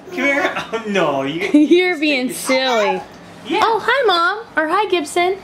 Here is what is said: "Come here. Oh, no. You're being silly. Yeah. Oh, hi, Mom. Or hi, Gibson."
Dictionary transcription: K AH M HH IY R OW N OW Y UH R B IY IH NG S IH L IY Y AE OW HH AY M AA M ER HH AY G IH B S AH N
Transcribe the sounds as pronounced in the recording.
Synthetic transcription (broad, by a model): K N OW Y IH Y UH R B IY IH NG S IH L IY Y AE OW HH AY M AA M ER HH AY G IH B S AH N